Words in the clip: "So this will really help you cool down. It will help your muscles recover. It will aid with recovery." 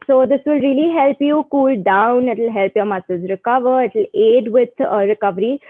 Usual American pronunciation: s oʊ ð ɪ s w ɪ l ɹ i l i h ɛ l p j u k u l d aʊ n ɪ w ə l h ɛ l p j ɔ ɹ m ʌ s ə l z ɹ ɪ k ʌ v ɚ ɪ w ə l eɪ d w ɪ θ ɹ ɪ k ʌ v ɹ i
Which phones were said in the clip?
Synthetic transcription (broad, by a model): s oʊ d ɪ s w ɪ l ɹ i l i h ɛ l p j u k u l d aʊ n ɪ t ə l h ɛ l p j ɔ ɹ m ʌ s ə z ɹ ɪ k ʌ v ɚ ɪ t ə l eɪ d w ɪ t ɹ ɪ k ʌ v ɹ i